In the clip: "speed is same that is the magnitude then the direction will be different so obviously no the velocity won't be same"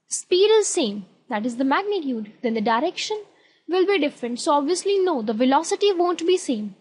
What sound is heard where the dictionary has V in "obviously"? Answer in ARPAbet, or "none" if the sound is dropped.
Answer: V